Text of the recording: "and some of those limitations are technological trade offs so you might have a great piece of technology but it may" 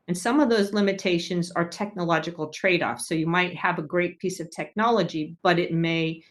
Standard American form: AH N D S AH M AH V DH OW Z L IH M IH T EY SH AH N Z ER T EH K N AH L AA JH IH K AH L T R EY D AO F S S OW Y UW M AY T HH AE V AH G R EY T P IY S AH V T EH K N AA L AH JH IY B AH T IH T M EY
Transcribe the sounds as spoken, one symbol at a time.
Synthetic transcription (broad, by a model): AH N S AH M AH V DH OW Z L IH M IH T EY SH AH N Z ER T EH K N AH L AA JH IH K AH L T R EY D AO F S S OW Y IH M AY T HH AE V AH G R EY T P IY S AH V T EH K N AA L AH JH IY B AH T IH T M EY